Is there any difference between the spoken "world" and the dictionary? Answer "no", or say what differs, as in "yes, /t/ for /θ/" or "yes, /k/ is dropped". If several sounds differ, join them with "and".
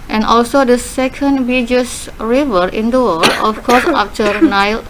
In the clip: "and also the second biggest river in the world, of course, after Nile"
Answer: yes, /d/ is dropped